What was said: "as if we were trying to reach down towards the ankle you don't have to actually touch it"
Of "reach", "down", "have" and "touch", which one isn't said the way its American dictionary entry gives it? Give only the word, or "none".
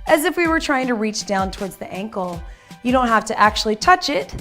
have